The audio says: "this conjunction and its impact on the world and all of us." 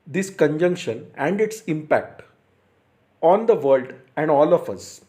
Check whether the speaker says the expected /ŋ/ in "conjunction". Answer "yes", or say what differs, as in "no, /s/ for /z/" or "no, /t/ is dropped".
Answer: yes